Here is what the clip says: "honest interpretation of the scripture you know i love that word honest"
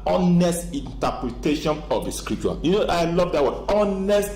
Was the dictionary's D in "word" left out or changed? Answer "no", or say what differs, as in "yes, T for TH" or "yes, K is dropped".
yes, D is dropped